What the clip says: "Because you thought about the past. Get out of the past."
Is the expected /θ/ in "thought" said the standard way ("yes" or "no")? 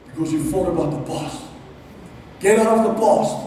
no